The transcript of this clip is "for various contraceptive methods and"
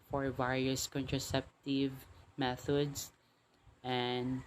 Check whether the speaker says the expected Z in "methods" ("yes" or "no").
no